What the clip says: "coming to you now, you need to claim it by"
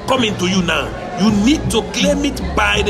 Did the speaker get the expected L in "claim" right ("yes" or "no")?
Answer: no